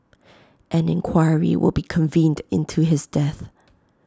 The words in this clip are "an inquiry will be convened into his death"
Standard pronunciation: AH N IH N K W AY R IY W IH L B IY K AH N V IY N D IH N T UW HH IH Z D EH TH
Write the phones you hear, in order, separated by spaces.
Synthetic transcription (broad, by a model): AH N IH N K W AY R IY W IH L B IY K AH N V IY N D IH N T UW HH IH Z D EH TH